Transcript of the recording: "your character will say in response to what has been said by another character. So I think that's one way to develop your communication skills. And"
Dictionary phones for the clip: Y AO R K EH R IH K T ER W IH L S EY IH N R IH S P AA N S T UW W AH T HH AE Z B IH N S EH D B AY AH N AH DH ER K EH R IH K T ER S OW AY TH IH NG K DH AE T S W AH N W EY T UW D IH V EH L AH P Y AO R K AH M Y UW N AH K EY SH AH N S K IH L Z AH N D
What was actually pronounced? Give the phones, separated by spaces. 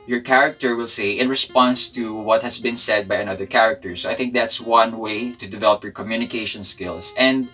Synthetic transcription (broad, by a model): Y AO R K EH R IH K T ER W IH L S EY IH N R IH S P AA N S T UW W AH T HH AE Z B IH N S EH D B AY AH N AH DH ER K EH R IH K T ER S OW AY TH IH NG K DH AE T S W AH N W EY T UW D IH V EH L AH P Y AO R K AH M Y UW N AH K EY SH AH N S K IH L S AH N D